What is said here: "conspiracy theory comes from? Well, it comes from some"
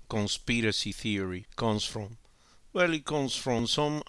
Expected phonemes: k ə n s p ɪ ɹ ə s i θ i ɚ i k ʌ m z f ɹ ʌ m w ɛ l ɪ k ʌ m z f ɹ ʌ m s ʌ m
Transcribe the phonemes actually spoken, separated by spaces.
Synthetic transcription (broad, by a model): k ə n s p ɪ ɹ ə s i θ i ɚ i k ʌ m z f ɹ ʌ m w ɛ l ɪ k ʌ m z f ɹ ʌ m s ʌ m